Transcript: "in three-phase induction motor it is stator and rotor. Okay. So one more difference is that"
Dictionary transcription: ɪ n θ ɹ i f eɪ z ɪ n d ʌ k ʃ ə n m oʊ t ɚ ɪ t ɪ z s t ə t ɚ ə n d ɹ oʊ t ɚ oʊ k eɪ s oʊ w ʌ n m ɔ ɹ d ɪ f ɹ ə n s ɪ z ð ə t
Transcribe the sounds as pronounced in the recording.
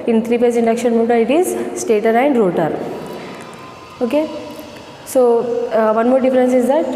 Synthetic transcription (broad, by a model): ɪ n t ɹ i p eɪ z ɪ n d ʌ k ʃ ə n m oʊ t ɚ ɪ t ɪ z s t ə t ɚ ə n d ɹ oʊ t ɚ oʊ k eɪ s oʊ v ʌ n m ɔ ɹ d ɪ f ɹ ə n s ɪ z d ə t